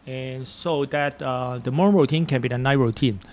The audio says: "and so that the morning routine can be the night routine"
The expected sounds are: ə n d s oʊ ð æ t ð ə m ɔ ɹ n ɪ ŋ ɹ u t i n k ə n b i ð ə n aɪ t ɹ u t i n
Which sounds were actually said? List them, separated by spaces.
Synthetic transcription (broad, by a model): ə n s oʊ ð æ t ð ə m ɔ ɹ ɪ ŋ ɹ u t i n k ə n b i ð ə n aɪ ɹ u t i n